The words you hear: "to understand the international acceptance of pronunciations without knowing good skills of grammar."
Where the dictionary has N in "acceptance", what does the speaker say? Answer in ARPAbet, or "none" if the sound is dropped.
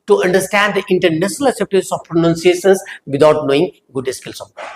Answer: none